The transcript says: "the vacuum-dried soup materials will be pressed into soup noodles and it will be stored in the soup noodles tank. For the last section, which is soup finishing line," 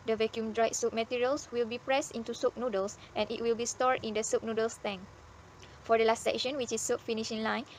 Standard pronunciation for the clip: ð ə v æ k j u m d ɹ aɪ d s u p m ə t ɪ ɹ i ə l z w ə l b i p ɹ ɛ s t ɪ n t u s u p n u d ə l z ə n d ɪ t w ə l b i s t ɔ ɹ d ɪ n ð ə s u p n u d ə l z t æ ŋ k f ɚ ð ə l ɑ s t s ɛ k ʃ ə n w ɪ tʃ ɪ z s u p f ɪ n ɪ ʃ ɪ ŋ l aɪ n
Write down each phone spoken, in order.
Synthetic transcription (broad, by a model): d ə v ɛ k j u m d ɹ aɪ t s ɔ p m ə t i ɹ i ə l s w ə l b i p ɹ ɛ s t ɪ n t u s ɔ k n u d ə l s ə n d ɪ t w ə l b i s t ɔ ɹ d ɪ n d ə s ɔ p n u d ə l s t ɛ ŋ f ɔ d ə l ɑ s t s ɛ k ʃ ə n w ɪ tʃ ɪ s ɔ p f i n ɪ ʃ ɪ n l aɪ n